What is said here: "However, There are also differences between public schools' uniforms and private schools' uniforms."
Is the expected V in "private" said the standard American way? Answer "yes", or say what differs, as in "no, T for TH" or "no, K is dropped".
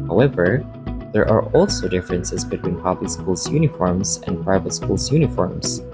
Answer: yes